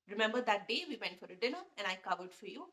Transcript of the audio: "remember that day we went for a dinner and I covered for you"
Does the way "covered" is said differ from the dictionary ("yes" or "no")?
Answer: no